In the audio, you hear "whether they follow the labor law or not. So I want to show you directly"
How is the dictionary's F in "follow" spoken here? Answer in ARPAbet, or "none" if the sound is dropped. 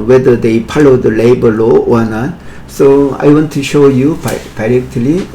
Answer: P